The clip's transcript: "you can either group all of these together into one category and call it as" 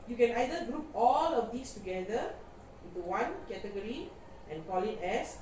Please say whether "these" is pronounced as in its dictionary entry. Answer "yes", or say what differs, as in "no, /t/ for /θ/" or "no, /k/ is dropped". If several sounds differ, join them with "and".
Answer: no, /s/ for /z/